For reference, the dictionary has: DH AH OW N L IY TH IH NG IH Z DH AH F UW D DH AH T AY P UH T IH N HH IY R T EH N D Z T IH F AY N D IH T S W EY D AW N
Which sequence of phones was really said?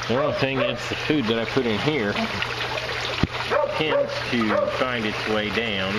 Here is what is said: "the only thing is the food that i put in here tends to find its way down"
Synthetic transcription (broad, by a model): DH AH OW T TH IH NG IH S DH AH F UW D DH AH T AY P UH T IH N HH IY R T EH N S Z T IH F AY N D IH T S W EY D AW N